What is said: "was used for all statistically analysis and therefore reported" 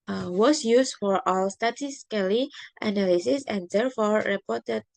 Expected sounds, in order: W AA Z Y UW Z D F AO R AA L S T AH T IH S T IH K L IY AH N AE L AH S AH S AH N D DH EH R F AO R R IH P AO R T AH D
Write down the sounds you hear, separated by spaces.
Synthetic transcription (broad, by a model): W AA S Y UW S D F AO R AA L S T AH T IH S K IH L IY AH N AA L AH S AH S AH N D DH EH R F AO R R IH P AO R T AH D